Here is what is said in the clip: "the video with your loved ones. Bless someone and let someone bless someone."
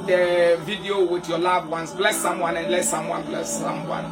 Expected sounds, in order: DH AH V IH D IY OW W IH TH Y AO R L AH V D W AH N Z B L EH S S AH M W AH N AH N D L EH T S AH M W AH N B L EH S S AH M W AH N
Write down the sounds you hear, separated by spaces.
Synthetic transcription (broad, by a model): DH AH V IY D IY OW W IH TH Y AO L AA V W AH N S B L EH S S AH M W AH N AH N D L EH T S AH M W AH N B L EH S S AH M W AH N